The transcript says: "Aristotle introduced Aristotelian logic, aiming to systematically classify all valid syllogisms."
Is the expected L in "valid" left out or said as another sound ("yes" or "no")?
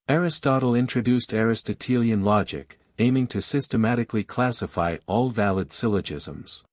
no